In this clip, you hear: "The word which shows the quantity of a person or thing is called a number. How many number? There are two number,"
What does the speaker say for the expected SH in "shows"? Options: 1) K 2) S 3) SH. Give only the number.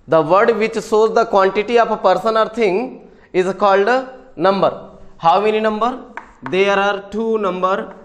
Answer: 2